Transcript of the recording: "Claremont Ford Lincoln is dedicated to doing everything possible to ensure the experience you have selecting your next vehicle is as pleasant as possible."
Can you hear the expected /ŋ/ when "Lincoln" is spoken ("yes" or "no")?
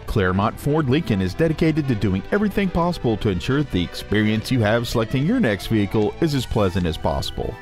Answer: no